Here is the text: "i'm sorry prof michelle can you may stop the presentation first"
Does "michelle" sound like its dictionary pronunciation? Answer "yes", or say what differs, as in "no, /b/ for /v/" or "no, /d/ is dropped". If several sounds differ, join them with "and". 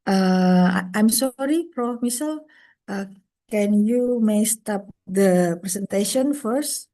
no, /s/ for /ʃ/